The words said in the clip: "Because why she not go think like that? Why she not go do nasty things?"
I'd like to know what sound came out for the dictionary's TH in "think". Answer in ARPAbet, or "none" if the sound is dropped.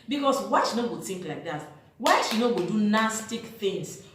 T